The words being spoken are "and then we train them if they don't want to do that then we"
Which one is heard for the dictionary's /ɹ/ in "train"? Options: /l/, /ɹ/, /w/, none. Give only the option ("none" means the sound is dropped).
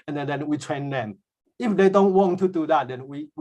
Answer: /w/